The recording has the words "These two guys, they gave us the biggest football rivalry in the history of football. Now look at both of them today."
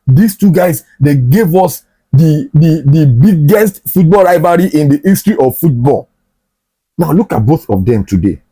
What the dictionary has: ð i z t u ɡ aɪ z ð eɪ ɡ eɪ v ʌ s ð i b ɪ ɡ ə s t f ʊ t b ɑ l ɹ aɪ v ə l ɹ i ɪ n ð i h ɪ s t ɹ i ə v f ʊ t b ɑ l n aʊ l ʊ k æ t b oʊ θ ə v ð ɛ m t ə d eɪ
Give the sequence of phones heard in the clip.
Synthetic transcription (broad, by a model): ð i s t u ɡ aɪ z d eɪ ɡ eɪ v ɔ s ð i b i ɡ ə s t f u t b ɑ l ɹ aɪ v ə ɹ i ɪ n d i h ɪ s t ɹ i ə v f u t b ɑ l n aʊ l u k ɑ t b oʊ θ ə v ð ɛ m t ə d eɪ